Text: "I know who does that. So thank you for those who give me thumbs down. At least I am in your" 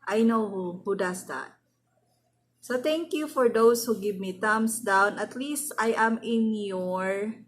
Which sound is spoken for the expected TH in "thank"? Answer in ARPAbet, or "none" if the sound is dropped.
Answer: T